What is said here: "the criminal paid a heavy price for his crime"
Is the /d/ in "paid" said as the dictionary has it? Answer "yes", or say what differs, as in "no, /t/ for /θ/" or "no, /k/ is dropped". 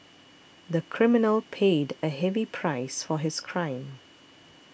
yes